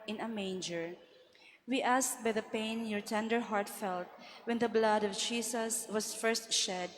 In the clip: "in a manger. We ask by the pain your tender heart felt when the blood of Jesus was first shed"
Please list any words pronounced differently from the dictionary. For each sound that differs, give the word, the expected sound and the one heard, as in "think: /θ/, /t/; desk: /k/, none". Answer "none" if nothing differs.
jesus: /z/, /s/; was: /z/, /s/